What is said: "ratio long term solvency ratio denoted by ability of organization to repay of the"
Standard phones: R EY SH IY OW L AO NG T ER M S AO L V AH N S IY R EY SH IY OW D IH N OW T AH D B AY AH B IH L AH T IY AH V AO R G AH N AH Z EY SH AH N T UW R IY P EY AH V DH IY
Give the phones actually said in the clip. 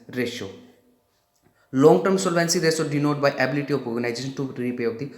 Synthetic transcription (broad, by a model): R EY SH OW L AO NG T ER M S AO L V AH N S IY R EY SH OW D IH N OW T B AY AH B IH L AH T IY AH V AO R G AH N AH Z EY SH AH N T UW R IY P EY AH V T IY